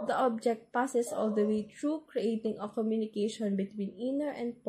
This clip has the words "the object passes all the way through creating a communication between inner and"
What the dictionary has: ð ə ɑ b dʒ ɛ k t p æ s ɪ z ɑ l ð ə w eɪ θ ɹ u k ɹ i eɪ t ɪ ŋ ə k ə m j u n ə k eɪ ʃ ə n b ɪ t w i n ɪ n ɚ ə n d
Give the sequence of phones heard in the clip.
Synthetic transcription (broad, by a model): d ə ɑ b dʒ ɛ k t p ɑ s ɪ s ɑ l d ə w eɪ t ɹ u k ɹ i eɪ t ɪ ŋ ə k ə m j u n ə k eɪ ʃ ə n b ɪ t w i n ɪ n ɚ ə n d